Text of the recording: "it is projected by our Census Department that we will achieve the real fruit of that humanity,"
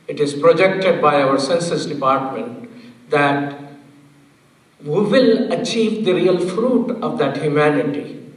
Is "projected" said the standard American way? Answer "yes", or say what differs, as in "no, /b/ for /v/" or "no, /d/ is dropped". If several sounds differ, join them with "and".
yes